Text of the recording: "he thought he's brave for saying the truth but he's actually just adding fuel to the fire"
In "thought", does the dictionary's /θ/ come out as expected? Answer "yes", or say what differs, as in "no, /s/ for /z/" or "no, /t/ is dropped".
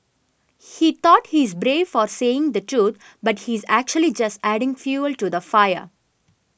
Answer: no, /t/ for /θ/